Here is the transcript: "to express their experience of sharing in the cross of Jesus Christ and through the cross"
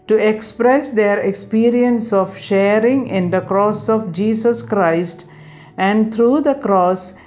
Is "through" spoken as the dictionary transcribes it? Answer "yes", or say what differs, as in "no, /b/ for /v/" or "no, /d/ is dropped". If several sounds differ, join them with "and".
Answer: no, /t/ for /θ/